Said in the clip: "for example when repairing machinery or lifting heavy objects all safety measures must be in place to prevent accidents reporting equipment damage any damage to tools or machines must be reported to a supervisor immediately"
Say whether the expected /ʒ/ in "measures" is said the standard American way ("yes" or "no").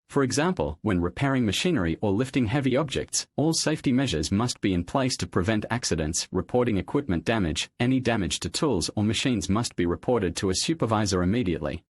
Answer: yes